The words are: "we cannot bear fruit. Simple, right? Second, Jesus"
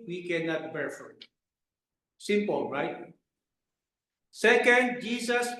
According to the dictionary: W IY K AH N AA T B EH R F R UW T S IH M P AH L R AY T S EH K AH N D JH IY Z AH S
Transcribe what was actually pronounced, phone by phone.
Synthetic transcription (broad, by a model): W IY K AH N AA T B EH R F UW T S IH M P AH L R AY T S EH K AH N D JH IY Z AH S